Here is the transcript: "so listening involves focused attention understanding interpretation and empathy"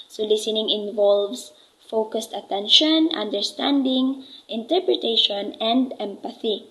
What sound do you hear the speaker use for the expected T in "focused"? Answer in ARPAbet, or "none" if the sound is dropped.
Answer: T